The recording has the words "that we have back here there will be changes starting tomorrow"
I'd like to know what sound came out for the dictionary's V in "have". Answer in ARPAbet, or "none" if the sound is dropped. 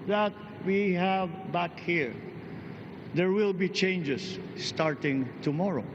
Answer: V